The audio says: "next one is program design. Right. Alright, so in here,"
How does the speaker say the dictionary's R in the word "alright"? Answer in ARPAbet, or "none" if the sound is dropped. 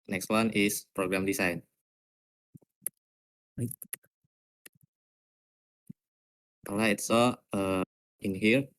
none